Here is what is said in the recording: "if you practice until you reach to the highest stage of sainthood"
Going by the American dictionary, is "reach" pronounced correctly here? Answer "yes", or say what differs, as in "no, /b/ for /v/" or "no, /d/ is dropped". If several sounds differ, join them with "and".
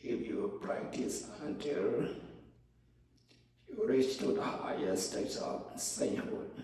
no, /s/ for /tʃ/